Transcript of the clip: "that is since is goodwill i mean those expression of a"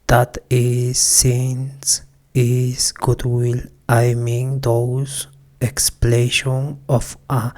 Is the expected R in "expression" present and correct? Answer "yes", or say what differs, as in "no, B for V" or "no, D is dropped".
no, L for R